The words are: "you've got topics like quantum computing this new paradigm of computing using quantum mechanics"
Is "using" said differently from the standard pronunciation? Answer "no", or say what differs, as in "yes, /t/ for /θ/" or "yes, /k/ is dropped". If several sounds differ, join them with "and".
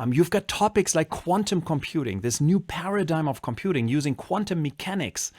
no